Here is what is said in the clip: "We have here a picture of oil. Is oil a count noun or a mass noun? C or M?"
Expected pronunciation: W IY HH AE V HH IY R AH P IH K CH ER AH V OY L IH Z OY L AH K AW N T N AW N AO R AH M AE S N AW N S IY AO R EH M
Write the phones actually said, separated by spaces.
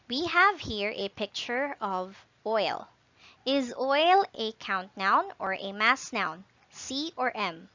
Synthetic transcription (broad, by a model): W IY HH AE V HH IY R AH P IH K CH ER AH V OY L IH Z OY L AH K AW N T N AW N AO R AH M AE S N AW N S IY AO R EH M